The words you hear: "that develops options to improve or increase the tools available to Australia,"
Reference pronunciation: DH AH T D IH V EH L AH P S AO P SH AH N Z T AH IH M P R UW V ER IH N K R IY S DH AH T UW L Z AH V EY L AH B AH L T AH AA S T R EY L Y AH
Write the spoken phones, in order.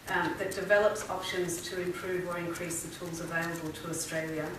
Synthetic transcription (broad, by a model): DH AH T D IH V EH L AH P S AO P SH AH N Z T AH IH M P R UW V ER IH N K R IY S DH AH T UW L Z AH V EY L AH B AH L T AH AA S T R EY L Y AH